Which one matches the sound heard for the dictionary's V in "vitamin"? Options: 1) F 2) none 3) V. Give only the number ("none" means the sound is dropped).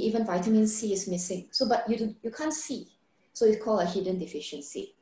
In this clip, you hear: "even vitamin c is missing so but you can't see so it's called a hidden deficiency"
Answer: 3